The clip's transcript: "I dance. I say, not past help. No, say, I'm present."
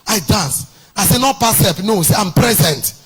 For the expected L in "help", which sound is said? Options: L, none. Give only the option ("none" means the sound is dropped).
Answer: none